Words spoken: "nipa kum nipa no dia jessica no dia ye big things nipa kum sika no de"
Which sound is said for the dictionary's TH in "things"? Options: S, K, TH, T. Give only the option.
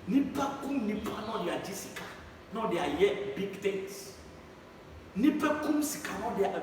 T